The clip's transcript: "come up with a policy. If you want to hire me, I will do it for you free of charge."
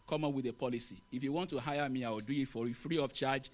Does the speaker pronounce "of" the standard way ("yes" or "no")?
no